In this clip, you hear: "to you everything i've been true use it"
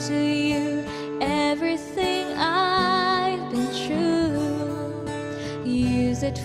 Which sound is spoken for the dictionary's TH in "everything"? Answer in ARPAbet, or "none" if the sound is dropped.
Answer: TH